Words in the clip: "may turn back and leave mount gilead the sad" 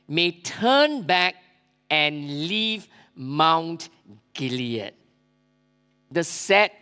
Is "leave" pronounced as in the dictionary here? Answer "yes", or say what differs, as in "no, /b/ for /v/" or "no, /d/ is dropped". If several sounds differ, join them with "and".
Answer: yes